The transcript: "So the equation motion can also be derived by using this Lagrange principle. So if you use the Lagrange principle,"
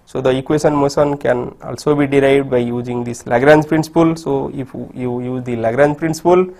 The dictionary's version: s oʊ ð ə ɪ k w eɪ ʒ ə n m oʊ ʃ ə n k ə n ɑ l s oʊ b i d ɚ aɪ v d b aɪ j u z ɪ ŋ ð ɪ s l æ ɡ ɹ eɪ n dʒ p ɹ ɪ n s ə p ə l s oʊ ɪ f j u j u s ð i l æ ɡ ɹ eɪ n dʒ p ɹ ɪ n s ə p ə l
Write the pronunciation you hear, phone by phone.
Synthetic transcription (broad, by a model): s oʊ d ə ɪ k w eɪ ʃ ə n m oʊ s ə n k ə n ɑ l s oʊ b i d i aɪ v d b aɪ j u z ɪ ŋ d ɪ s l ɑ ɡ ɹ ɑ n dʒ p ɹ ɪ n s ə p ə l s oʊ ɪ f j u j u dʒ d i l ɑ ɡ ɹ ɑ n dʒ p ɹ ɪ n s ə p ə l